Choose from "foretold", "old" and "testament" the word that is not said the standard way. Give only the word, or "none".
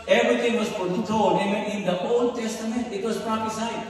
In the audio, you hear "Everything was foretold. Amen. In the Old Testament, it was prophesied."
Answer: foretold